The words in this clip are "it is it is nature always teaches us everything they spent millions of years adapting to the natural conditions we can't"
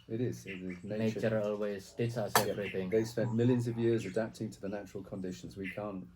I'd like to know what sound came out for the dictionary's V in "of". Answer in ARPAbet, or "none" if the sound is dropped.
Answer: V